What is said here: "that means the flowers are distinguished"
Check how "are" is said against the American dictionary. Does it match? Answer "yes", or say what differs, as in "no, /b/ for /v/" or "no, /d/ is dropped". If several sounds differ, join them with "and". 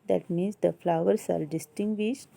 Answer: no, /l/ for /ɹ/